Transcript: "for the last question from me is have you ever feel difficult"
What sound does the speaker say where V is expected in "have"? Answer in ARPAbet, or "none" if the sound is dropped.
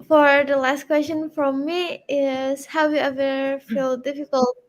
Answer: W